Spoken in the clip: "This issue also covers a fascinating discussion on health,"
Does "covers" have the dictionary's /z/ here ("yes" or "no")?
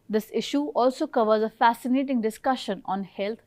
yes